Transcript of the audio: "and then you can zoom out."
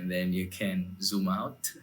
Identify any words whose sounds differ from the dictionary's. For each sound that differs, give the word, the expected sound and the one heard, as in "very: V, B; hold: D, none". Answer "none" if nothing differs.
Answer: none